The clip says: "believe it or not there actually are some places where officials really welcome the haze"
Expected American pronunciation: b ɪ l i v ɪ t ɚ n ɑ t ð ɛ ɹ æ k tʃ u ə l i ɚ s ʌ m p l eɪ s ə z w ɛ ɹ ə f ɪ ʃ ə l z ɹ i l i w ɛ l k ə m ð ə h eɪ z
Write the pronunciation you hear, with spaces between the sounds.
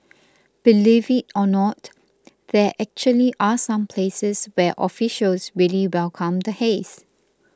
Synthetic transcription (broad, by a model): b ɪ l i v ɪ t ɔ n ɑ t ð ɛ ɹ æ k tʃ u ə l i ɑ s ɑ m p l eɪ s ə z w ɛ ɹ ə f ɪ ʃ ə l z ɹ i l i w ɛ l k ə m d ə h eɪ s